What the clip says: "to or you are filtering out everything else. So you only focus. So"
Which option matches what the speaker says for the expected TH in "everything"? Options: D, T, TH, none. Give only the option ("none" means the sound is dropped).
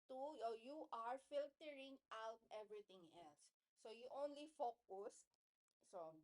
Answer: T